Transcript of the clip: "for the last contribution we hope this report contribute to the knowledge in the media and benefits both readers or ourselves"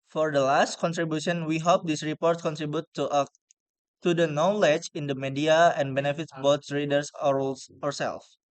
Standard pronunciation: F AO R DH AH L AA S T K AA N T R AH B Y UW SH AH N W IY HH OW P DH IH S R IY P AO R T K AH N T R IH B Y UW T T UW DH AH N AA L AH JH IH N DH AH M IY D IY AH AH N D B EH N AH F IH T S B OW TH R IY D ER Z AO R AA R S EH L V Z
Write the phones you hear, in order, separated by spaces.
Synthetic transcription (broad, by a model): F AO R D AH L AA S T K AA N T R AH B Y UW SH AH N W IY HH OW P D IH S R IY P AO R T K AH N T R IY B Y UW T T UW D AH N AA L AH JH IH N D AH M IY D IY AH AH N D B EH N AH F IH T S B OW S R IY D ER S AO R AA R S EH L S